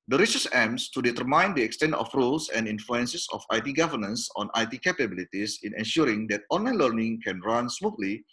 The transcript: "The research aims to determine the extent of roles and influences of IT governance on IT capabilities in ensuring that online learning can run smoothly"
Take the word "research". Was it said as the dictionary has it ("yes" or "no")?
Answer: no